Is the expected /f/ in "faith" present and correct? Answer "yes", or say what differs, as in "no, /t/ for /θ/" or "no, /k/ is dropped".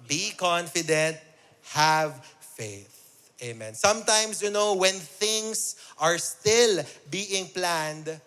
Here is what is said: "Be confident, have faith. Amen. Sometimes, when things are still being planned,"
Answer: yes